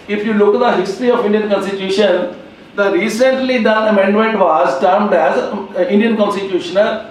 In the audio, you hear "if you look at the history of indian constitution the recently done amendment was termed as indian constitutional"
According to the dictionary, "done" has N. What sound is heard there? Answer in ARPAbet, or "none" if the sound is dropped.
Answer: none